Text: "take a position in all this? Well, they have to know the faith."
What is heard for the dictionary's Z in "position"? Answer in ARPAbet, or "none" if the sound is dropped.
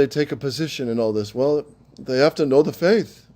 Z